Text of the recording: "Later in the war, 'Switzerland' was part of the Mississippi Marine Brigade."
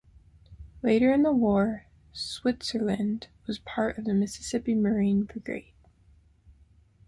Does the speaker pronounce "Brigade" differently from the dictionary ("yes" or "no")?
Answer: yes